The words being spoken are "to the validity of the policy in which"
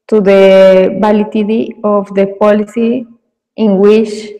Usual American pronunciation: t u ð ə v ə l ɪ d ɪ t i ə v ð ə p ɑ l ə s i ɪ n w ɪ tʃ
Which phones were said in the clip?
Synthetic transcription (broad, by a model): t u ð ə b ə l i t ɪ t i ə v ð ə p ɑ l ə s i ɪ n w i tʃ